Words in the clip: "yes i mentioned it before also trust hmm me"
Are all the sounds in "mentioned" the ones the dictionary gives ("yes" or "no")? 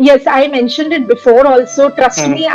yes